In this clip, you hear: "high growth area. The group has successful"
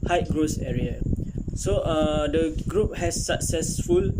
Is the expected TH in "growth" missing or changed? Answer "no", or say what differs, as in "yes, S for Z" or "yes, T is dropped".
yes, S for TH